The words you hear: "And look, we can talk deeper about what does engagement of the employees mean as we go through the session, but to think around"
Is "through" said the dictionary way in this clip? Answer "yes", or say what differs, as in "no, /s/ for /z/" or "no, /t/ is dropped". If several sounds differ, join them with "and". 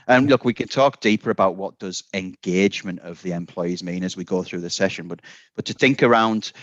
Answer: yes